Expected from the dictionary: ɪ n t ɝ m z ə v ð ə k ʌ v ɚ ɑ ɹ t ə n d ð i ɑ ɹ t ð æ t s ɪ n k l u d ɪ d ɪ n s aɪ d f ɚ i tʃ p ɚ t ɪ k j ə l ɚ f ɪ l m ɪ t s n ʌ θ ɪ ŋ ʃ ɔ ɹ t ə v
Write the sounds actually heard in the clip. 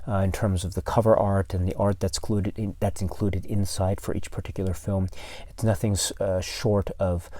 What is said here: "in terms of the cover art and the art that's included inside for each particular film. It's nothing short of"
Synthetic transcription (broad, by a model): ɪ n t ɝ m z ə v ð ə k ʌ v ɚ ɑ ɹ t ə n ð i ɑ ɹ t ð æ t s ɪ n k l u d ɪ d ɪ n s aɪ d f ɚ i tʃ p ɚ t ɪ k j l ɚ f ɪ l m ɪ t s n ʌ θ ɪ ŋ ʃ ɔ ɹ t ə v